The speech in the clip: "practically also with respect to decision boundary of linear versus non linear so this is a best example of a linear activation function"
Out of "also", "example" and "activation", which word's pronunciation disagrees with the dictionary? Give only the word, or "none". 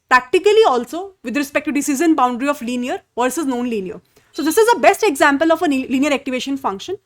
none